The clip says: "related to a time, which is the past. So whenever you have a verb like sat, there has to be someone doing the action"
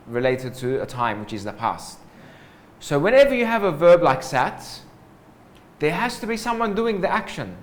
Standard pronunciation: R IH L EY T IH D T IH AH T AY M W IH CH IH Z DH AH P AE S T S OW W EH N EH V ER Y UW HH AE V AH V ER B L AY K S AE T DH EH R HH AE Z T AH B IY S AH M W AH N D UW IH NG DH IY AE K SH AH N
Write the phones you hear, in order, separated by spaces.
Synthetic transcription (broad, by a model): R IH L EY T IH D T IH AH T AY M W IH CH IH Z DH AH P AE S T S OW W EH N EH V ER Y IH V AH V ER B L AY K S AE T DH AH R HH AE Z T AH B IY S AH M W AH N D UW IH NG DH IY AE K SH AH N